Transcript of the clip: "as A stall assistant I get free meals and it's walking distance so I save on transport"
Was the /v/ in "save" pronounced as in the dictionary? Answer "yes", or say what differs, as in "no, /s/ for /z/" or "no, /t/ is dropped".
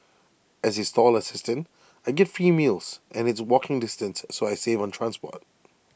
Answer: yes